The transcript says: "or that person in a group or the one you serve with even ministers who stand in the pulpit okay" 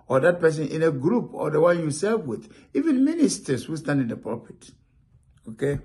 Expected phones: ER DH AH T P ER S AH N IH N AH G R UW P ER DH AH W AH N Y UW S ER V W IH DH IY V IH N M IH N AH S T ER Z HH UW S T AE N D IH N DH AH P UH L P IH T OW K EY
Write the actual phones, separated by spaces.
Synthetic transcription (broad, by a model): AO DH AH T P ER S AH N IH N AH G R UW P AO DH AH W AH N Y UW S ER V W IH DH IY V IH N M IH N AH S T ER S HH UW S T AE N D IH N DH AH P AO P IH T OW K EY